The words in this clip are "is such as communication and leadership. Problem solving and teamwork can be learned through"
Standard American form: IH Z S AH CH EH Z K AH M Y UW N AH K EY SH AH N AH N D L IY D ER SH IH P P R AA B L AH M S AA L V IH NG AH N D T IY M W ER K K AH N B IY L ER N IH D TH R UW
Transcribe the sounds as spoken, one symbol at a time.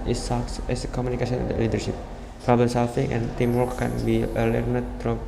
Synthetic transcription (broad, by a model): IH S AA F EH S K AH M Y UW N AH K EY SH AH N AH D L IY D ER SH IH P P R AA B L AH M S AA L F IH NG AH N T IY M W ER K K AH N B IY L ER N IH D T R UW